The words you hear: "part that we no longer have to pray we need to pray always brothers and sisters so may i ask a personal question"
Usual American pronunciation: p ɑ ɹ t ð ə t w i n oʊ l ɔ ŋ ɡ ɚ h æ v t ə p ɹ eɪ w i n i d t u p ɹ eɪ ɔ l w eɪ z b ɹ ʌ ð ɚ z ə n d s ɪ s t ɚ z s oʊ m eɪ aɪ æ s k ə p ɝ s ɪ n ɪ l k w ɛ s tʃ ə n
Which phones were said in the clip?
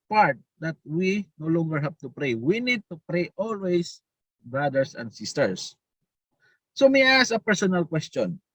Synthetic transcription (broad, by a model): p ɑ ɹ t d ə t w i n oʊ l ɔ ŋ ɡ ɚ h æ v t ə p ɹ eɪ w i n i d t u p ɹ eɪ ɔ l w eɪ s b ɹ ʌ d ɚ s ə n d s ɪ s t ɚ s s oʊ m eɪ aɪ s ə p ɝ s ɪ n ɪ l k w ɛ s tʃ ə n